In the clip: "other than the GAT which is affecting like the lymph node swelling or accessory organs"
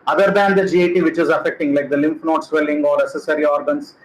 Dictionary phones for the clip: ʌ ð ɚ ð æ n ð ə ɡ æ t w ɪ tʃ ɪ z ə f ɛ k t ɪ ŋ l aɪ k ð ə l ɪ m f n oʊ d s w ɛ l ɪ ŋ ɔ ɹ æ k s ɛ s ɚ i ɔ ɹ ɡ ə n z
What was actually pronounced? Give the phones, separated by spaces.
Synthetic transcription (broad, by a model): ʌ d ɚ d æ n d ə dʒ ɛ t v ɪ tʃ ɪ z ə f ɛ k t ɪ ŋ l aɪ k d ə l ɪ m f n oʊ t s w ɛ l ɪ ŋ ɔ ɹ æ s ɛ s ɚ i ɔ ɹ ɡ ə n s